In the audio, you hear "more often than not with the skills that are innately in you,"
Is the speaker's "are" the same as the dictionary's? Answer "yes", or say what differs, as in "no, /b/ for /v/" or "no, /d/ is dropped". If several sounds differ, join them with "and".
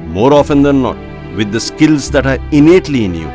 yes